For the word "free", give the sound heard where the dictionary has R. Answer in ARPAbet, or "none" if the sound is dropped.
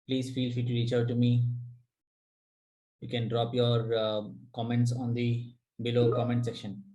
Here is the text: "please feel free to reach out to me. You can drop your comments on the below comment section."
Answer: none